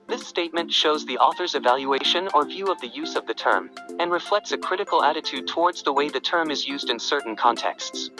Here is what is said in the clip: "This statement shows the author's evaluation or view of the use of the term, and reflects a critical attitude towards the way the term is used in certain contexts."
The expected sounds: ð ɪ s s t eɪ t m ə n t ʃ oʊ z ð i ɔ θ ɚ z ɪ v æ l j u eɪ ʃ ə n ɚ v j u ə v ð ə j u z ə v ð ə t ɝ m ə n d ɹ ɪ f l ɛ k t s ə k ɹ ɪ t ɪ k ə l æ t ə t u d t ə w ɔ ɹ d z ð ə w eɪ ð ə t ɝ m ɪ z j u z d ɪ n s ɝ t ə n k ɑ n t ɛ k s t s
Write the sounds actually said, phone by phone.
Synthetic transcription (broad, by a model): ð ɪ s s t eɪ t m ə n t ʃ oʊ z ð i ɔ θ ɚ z ɪ v æ l j u eɪ ʃ ə n ɚ v j u ə v ð ə j u z ə v ð ə t ɝ m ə n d ɹ ɪ f l ɛ k t s ə k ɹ ɪ t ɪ k l æ t ə t u d t ə w ɔ ɹ d z ð ə w eɪ ð ə t ɝ m ɪ z j u z d ɪ n s ɝ t n k ɑ n t ɛ k s t s